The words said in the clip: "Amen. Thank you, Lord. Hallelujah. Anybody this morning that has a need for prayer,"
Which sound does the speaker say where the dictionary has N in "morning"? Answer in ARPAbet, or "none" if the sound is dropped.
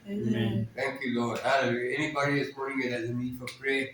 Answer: none